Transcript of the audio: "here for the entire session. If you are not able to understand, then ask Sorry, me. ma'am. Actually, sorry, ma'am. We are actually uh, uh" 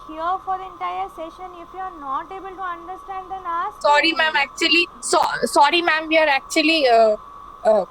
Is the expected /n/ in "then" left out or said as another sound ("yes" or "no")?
yes